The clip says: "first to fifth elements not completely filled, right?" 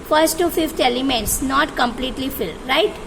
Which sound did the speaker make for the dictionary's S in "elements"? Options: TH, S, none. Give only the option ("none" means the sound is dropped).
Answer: S